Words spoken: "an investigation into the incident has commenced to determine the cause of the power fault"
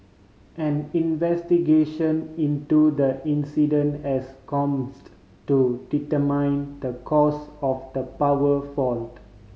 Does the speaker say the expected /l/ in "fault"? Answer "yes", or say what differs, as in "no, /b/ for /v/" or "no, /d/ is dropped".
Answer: yes